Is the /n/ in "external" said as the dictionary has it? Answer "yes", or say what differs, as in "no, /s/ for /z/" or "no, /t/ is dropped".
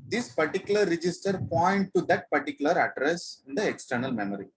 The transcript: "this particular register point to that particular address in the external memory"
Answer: yes